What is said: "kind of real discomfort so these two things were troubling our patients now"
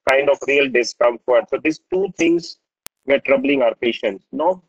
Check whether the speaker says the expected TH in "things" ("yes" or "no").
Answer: no